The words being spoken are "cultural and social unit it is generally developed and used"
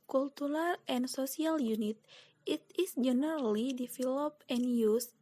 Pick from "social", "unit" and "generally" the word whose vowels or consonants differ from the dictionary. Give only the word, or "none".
social